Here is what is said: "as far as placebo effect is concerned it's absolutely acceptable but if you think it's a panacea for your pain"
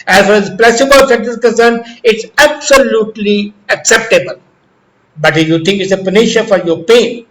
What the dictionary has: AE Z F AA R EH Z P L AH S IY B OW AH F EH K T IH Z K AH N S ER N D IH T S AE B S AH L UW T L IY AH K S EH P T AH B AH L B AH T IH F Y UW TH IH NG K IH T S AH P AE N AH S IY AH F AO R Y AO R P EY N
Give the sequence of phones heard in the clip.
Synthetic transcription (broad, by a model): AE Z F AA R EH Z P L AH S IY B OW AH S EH T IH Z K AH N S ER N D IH T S AE B S AH L UW T L IY AH K S EH P T AH B AH L B AH T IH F Y UW T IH NG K IH T S AH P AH N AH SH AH F AO R Y AO R P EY N